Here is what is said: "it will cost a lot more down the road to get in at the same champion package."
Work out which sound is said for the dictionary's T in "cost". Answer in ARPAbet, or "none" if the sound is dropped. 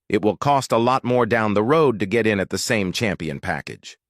T